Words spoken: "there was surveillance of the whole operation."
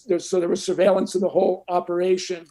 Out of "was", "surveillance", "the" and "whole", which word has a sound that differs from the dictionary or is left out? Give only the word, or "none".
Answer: none